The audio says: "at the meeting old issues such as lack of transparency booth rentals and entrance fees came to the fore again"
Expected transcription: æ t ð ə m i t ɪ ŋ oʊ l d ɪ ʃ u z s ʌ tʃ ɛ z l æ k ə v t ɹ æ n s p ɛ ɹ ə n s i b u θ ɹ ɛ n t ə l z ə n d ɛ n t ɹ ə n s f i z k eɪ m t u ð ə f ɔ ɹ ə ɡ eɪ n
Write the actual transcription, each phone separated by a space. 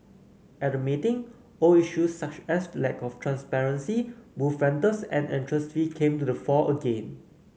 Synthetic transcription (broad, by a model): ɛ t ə m i t ɪ ŋ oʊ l i ʃ u s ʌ tʃ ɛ s l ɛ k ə f t ɹ æ n s p ɛ ɹ ə n s i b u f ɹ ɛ n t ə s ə n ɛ n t ɹ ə s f i k eɪ m t u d ə f ɔ ə ɡ eɪ n